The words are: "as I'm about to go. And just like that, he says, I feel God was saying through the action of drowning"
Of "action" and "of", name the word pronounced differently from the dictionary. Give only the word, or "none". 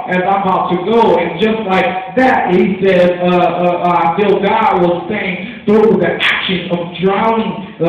none